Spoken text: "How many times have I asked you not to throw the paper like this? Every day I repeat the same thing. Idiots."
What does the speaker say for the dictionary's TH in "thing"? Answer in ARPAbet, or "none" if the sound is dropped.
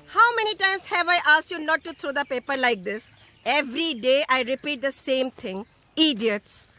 T